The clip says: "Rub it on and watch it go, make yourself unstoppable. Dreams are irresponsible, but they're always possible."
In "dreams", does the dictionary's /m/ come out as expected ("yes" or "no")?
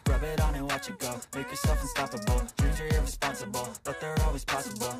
no